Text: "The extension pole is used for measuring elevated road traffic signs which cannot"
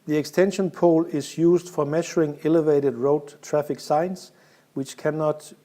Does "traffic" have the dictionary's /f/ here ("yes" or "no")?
yes